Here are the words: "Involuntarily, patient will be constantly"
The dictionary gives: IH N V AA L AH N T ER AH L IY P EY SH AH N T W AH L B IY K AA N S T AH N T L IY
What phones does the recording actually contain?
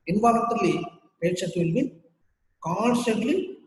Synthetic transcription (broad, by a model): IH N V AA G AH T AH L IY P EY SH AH T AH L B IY K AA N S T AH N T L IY